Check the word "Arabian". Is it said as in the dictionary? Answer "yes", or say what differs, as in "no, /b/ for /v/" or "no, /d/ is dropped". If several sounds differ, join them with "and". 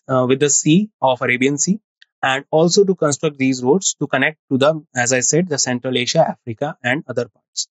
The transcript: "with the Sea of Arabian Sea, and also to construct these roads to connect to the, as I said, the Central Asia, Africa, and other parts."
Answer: yes